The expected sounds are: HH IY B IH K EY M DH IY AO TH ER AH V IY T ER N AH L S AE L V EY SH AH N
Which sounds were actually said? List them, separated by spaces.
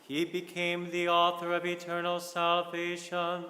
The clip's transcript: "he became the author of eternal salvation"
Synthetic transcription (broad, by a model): HH IY B IH K EY M DH IY AO TH ER AH V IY T ER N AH L S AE L V EY SH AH N